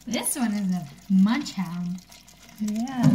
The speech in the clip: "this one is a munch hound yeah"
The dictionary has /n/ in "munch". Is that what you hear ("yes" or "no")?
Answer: yes